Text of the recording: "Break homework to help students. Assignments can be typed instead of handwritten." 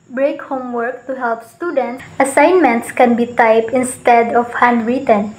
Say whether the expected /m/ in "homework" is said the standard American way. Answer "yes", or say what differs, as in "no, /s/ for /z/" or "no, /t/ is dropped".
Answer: yes